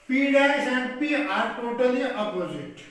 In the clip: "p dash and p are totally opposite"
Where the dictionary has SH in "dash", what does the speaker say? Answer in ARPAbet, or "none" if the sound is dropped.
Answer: S